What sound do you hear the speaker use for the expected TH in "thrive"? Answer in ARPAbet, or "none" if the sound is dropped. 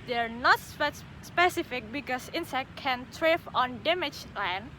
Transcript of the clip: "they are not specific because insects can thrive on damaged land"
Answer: T